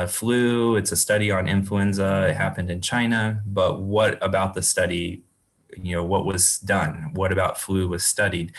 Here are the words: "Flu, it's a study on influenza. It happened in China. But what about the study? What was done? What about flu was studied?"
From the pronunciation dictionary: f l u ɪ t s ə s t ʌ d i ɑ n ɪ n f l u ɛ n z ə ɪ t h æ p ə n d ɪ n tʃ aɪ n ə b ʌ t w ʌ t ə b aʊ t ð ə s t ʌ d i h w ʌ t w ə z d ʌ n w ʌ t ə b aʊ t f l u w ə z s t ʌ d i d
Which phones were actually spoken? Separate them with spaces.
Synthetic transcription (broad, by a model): f l u ɪ t s ə s t ʌ d i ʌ n ɪ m f l u ɛ n z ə ɪ t h æ p ə n d ɪ n tʃ aɪ n ə b ʌ t w ʌ t ə b aʊ t ð ə s t ʌ d i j w ʌ t w ə z d ʌ n w ʌ t ə b aʊ t f l u w ə z s t ʌ d i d